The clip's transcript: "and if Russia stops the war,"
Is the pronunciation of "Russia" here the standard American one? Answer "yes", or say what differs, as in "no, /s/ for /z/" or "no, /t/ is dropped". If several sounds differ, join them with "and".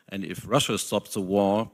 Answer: yes